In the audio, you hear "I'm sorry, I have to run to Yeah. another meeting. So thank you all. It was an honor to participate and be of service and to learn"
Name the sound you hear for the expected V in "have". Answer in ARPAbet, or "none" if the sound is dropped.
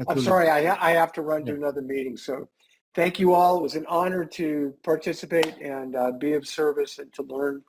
F